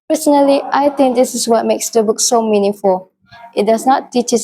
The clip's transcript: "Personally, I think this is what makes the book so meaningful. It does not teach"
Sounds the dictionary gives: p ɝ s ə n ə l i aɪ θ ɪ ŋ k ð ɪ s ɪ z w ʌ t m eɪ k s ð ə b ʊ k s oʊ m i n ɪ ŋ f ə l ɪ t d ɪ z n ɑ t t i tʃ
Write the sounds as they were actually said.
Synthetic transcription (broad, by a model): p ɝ s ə n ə l i aɪ t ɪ ŋ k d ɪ s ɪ s w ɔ t m eɪ k s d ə b ʊ k s oʊ m i n ɪ ŋ f ə l ɪ t d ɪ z n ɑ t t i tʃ